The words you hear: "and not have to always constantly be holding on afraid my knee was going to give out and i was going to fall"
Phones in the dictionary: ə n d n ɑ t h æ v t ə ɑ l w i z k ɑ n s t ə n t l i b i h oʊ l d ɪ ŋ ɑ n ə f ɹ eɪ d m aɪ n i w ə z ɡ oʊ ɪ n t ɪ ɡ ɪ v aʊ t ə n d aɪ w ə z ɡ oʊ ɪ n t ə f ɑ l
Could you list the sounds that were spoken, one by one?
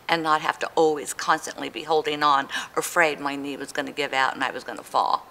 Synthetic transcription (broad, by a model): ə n n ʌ t h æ f t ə ɑ l w i z k ɑ n s t ə n t l i b i h oʊ l d ɪ ŋ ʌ n ə f ɹ eɪ d m aɪ n i w ə z ɡ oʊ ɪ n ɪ ɡ ɪ v aʊ t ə n aɪ w ə z ɡ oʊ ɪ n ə f ɑ l